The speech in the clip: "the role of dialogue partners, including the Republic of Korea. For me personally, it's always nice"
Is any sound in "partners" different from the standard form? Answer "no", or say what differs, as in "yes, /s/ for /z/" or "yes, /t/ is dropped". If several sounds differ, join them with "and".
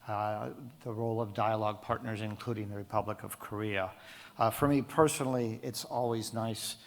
no